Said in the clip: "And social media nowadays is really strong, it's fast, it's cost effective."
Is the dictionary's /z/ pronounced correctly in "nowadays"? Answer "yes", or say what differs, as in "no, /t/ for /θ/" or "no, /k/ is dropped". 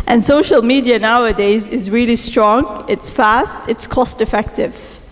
yes